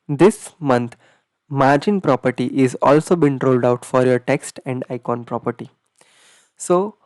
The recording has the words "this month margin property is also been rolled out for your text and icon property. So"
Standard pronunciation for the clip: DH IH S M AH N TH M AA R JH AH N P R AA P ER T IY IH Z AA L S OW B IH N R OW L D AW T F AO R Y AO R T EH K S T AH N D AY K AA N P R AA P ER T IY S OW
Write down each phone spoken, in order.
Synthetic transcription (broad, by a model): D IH S M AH N T M AA R JH AH N P R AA P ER T IY IH Z AA L S OW B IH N R OW L D AW T F AO R Y AO R T EH K S T AH N D AY K AA N P R AA P ER T IY S OW